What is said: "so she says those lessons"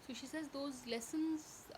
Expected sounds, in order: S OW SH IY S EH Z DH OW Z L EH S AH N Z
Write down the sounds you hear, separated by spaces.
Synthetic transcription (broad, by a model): S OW SH IY S EH Z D OW Z L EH S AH N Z